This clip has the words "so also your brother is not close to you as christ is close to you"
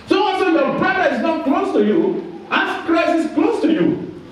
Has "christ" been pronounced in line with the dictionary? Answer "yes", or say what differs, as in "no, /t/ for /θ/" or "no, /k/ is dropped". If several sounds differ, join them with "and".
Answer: no, /t/ is dropped